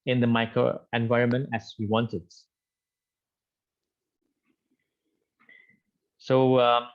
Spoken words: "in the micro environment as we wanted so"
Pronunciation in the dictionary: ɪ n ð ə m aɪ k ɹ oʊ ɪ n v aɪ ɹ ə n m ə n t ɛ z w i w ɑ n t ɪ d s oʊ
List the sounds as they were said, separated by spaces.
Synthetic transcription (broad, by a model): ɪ n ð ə m aɪ k ɹ oʊ ɪ n v aɪ ɹ ə n m ə n t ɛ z w i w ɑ n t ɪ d s oʊ